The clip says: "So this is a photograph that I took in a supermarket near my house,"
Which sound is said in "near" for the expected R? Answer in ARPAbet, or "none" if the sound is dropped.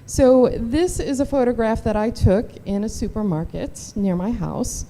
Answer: R